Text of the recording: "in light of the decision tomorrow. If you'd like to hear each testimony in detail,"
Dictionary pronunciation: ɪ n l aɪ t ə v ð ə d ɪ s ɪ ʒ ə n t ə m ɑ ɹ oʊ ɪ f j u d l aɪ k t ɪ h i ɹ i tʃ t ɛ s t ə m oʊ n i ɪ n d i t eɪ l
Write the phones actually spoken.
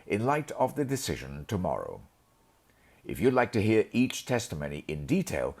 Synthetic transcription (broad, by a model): ɪ n l aɪ t ə v ð ə d ɪ s ɪ ʒ ə n t ə m ɑ ɹ oʊ ɪ f j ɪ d l aɪ k t ɪ h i ɹ i tʃ t ɛ s t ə m oʊ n i ɪ n d i t eɪ l